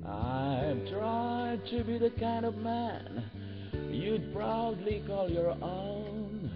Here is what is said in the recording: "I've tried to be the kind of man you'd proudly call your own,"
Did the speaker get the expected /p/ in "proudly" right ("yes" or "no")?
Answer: yes